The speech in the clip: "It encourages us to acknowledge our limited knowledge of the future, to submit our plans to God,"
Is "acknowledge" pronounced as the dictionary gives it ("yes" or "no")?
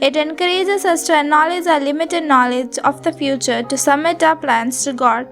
no